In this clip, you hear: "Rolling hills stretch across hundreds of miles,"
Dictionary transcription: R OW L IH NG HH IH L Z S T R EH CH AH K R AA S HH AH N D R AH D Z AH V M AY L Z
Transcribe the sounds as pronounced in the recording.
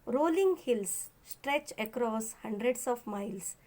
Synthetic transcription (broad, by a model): R OW L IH NG HH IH L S S T R EH CH AH K R AA S HH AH N D R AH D S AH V M AY L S